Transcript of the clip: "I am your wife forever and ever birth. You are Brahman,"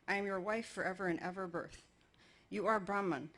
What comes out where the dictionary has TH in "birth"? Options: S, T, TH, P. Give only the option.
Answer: TH